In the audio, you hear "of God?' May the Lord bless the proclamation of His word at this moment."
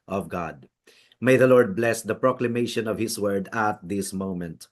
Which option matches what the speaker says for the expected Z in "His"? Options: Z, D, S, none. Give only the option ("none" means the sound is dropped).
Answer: S